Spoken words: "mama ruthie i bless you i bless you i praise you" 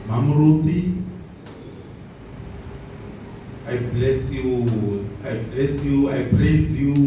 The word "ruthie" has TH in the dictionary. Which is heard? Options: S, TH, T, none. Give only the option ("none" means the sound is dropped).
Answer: T